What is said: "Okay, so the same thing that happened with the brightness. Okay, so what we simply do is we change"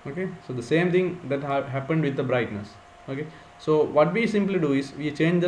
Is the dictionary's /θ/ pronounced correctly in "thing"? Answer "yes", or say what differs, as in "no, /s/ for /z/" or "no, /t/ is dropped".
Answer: no, /t/ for /θ/